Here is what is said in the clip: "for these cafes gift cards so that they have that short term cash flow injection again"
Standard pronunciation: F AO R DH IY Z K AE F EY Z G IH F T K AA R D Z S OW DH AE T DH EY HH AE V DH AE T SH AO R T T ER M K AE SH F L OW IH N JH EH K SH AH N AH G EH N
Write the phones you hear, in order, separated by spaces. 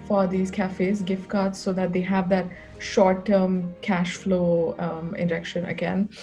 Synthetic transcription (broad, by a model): F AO R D IY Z K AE F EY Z G IH F T K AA R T S OW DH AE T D EY HH AE V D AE T SH AO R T T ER M K AE SH F L OW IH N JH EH K SH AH N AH G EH N